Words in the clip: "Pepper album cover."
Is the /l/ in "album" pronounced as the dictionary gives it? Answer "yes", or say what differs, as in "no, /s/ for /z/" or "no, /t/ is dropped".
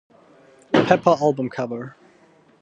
yes